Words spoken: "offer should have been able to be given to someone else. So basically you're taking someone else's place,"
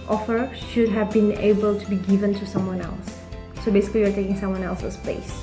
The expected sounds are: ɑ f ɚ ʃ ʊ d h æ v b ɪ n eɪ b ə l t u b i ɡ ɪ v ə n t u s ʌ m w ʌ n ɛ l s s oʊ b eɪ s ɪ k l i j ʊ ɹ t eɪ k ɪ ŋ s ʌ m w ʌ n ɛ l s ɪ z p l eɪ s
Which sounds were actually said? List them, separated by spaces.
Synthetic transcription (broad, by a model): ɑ f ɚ ʃ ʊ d h æ v b ɪ n eɪ b ə l t u b i ɡ ɪ v ə n t u s ʌ m w ʌ n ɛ l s s oʊ b eɪ s ɪ k l i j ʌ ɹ t eɪ k ɪ ŋ s ʌ m w ʌ n ɛ l s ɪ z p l eɪ s